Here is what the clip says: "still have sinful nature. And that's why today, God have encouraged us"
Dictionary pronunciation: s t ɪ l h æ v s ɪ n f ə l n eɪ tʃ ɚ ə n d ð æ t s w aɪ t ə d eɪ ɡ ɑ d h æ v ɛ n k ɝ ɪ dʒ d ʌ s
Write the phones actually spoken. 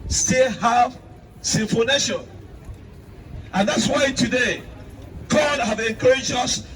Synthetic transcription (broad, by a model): s t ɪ l h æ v s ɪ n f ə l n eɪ ʃ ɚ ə n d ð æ t s w aɪ t ə d eɪ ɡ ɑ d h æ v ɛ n k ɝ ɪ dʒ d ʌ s